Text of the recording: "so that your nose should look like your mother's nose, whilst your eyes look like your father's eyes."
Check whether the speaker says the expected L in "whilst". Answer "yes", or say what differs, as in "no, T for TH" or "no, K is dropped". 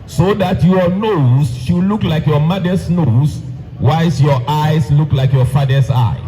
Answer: no, L is dropped